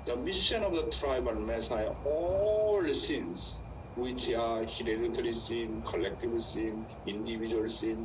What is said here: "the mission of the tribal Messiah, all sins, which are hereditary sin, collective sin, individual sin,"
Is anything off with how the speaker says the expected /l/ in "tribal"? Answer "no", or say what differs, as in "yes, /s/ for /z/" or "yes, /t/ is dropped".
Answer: yes, /n/ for /l/